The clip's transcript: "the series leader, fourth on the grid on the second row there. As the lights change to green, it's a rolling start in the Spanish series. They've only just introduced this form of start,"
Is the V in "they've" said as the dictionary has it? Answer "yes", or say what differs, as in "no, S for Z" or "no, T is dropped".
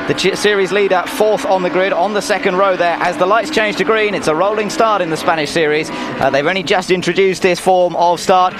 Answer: yes